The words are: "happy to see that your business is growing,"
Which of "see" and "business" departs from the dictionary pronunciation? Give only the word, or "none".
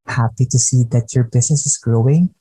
business